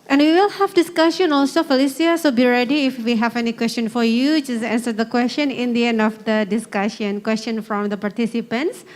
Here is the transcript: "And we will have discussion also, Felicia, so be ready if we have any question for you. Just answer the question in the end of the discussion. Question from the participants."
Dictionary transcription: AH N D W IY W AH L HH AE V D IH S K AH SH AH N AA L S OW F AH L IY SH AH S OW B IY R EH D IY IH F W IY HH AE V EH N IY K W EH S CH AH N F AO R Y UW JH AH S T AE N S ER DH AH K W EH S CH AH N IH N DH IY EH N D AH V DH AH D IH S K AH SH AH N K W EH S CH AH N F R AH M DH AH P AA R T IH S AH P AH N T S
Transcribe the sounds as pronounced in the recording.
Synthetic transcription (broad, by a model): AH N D W IY W AH L HH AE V D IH S K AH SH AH N AA L S OW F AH L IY S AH S OW B IY R EH D IY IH F W IY HH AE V EH N IY K W EH S CH AH N F AO R Y UW JH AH S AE N S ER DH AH K W EH S CH AH N IH N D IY EH N D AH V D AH D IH S K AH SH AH N K W EH S CH AH N F R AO M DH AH P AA R T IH S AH P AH N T S